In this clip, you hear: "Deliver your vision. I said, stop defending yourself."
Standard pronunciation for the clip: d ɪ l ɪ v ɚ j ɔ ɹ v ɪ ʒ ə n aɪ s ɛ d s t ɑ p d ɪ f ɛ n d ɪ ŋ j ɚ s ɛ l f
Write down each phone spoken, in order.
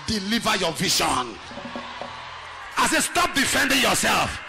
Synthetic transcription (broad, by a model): d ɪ l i v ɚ j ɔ v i ʃ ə n aɪ s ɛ s t ɑ p d ɪ f ɛ n d ɪ ŋ j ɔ s ɛ l f